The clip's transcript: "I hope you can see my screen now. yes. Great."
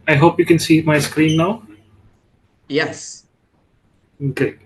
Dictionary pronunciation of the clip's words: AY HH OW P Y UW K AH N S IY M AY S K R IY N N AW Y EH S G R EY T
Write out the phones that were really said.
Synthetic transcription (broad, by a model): AY HH OW P Y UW K AH N S IY M AY S K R IY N N AW Y EH S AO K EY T